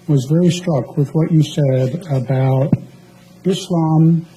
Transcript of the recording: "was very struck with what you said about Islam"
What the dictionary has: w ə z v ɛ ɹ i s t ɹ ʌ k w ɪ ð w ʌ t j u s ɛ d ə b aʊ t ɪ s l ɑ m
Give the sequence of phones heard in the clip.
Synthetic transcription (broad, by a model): w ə z v ɛ ɹ i s t ɹ ʌ k w ɪ ð w ʌ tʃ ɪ s ɛ d ə b aʊ t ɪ s l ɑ m